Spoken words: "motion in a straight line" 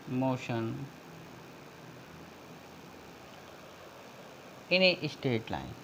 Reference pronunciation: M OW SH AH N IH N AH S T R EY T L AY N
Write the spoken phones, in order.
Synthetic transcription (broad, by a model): M OW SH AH N IH N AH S T EY T L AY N